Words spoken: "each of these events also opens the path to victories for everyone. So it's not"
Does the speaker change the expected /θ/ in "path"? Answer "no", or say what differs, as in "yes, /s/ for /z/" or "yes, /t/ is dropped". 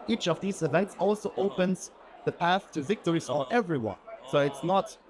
no